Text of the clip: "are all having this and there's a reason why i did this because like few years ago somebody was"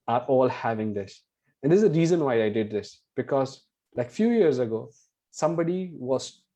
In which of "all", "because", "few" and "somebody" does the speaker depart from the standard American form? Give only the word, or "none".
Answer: none